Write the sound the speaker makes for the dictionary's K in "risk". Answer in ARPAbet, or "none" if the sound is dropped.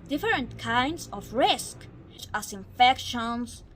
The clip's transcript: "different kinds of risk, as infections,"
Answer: K